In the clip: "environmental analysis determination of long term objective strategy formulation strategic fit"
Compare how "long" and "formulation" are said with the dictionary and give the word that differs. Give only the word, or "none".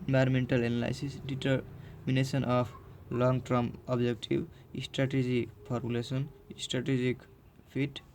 formulation